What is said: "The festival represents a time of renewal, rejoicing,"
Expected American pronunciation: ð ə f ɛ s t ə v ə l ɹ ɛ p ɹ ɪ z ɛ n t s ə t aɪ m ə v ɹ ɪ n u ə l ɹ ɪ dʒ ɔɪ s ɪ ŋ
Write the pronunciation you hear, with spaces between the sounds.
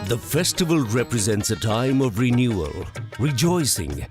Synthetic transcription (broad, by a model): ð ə f ɛ s t ə v ə l ɹ ɛ p ɹ ɪ z ɛ n t s ə t aɪ m ə v ɹ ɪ n u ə l ɹ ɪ dʒ ɔɪ s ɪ ŋ